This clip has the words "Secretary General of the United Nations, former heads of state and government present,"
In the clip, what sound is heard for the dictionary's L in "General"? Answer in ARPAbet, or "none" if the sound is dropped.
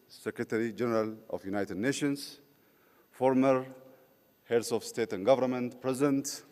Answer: L